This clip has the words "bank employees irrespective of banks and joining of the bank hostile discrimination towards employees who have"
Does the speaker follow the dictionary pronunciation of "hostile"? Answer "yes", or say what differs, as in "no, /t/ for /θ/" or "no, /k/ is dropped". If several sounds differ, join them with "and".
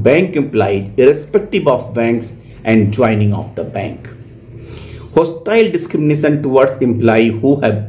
yes